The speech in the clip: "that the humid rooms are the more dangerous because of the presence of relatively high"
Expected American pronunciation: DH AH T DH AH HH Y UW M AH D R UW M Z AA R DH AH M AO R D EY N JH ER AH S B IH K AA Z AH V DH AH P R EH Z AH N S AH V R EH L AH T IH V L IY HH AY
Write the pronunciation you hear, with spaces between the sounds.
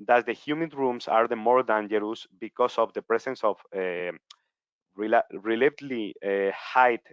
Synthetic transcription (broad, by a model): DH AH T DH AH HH Y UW M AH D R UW M S AA R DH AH M AO R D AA N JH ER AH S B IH K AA S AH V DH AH P R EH S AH N S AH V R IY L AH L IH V L IY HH AY